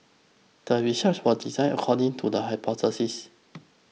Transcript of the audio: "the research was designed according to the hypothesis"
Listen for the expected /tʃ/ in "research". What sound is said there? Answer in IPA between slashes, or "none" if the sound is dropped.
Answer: /s/